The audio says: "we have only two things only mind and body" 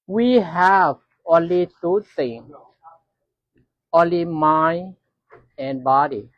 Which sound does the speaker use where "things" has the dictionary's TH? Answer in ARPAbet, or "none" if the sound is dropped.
T